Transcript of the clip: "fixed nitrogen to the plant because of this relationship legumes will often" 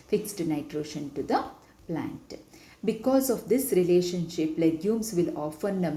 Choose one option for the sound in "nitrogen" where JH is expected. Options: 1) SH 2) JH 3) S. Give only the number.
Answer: 1